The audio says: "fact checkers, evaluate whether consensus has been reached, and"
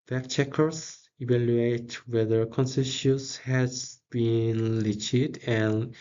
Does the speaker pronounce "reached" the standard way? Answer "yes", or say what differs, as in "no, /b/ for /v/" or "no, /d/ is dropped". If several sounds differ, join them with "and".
no, /l/ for /ɹ/